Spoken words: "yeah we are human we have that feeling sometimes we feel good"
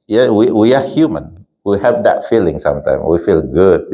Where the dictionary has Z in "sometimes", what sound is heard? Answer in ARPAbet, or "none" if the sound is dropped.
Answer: none